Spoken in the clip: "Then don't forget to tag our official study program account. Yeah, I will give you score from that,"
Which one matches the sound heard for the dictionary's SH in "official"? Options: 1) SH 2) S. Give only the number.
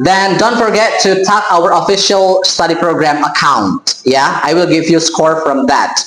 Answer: 1